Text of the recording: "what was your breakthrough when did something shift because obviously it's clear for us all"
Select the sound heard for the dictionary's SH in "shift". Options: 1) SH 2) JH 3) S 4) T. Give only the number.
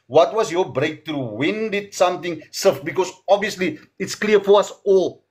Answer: 3